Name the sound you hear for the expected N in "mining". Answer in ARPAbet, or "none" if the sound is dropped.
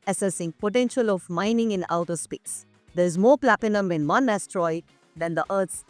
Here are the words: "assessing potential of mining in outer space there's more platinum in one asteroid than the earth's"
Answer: N